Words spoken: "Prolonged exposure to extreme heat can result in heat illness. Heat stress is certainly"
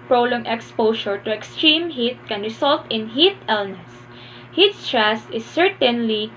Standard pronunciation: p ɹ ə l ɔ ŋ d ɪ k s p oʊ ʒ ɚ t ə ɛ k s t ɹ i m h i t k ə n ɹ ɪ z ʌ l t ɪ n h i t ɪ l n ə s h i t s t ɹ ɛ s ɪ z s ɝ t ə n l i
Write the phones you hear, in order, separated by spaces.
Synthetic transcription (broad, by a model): p ɹ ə l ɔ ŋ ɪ k s p oʊ ʃ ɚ t ə ɛ k s t ɹ i m h i t k ə n ɹ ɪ s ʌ l t ɪ n h i t ɪ l n ə s h i t s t ɹ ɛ s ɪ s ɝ t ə n l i